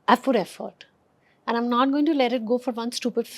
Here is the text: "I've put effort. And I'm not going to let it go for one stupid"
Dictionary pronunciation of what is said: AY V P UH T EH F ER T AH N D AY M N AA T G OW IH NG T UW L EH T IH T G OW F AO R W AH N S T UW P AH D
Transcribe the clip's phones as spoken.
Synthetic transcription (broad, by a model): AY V F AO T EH F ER T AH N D AY M N AA T G OW IH NG T UW L EH T IH T G OW F AO R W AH N S T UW P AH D